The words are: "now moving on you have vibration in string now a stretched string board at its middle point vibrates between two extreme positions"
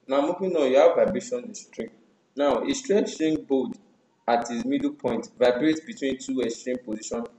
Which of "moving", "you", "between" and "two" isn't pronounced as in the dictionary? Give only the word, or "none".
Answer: moving